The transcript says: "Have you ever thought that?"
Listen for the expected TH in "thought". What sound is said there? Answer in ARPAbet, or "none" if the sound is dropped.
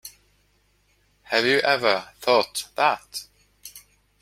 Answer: TH